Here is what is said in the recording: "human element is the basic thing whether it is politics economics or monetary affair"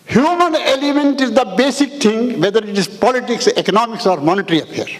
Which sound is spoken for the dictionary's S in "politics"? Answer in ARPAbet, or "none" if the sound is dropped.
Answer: S